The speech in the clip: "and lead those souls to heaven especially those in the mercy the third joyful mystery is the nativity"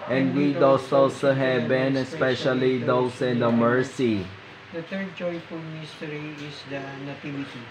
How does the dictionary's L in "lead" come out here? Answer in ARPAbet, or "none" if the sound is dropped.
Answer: W